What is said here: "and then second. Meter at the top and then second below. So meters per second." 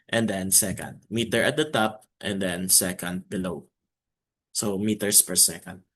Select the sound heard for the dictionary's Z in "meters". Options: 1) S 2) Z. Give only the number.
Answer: 1